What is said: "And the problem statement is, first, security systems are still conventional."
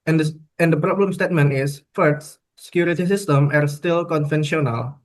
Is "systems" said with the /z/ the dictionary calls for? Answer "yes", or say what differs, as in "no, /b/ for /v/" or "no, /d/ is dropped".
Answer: no, /z/ is dropped